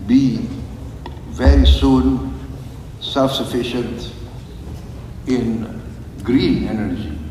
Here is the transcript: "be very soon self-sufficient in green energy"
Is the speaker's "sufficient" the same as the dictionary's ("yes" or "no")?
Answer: yes